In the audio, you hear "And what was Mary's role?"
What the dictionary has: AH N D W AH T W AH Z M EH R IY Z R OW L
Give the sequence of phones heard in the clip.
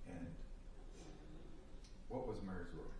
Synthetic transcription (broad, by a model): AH N W AH T W AH Z M EH R IY Z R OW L